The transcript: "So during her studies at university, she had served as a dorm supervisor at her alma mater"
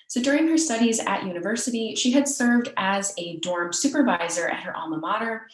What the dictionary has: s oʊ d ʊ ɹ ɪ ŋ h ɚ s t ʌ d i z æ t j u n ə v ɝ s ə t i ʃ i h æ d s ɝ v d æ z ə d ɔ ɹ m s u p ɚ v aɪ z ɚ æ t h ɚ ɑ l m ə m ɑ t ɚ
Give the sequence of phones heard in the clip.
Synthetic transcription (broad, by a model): s oʊ d ʊ ɹ ɪ ŋ h ɚ s t ʌ d i z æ t j u n ə v ɝ s ə t i ʃ i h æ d s ɝ v d æ z ə d ɔ ɹ m s u p ɚ v aɪ z ɚ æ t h ɚ ɑ l m ə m ɑ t ɚ